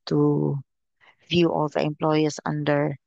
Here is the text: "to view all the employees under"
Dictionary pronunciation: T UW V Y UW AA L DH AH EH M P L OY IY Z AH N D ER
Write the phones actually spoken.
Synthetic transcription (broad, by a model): T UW V Y UW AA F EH M P L OY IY S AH N D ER